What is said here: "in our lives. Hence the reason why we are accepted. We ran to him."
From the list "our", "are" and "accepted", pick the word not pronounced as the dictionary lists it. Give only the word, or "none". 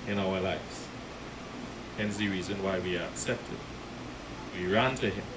none